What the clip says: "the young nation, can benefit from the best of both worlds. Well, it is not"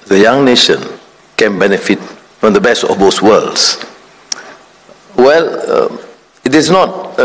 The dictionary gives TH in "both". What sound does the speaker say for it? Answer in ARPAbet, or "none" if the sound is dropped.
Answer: S